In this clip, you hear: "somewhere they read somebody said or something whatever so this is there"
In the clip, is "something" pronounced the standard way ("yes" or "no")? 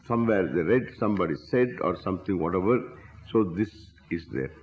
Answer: no